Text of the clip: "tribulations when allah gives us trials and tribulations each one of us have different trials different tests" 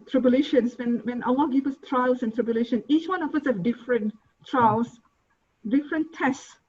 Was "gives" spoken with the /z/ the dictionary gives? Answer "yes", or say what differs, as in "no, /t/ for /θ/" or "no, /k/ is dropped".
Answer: no, /z/ is dropped